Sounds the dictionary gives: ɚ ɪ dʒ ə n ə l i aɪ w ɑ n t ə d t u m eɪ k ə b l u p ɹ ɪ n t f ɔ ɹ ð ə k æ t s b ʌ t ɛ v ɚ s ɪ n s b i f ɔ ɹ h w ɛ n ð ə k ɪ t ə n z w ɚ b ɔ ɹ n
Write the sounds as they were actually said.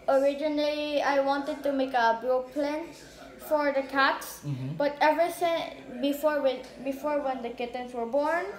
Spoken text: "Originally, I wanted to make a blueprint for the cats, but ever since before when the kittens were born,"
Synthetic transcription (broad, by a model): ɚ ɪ dʒ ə n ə l i aɪ w ɑ n t ə d t u m eɪ k ə b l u p l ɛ n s f ɔ ɹ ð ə k æ t s b ʌ t ɛ v ɚ s ɪ n s b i f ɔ ɹ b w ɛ n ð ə k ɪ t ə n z w ɚ b ɔ ɹ n